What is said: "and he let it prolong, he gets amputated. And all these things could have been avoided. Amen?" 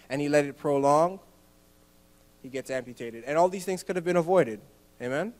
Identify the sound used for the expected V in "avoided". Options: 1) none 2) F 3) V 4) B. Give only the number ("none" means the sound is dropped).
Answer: 3